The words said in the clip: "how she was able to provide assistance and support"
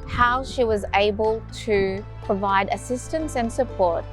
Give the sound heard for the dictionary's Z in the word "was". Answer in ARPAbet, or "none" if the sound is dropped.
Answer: Z